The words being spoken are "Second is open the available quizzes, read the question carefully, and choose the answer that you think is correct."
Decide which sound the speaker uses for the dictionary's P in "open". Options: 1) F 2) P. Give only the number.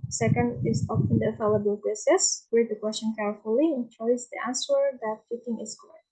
1